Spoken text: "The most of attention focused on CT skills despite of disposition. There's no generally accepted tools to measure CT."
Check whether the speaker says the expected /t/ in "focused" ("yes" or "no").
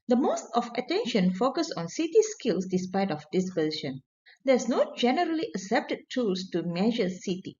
no